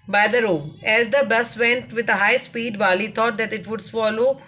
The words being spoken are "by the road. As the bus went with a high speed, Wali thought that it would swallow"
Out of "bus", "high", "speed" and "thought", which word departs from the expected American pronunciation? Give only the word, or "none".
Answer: thought